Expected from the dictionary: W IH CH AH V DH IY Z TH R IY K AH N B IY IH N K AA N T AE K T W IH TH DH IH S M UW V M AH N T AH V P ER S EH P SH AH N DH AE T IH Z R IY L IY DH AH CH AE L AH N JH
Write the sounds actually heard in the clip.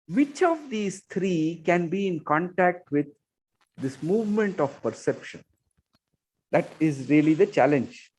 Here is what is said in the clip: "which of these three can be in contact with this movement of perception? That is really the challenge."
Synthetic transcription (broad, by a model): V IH CH AH V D IY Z T R IY K AH N B IY IH N K AA N T AE K T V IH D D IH S M UW V M AH N T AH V P ER S EH P SH AH N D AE T IH Z R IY L IY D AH CH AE L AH N JH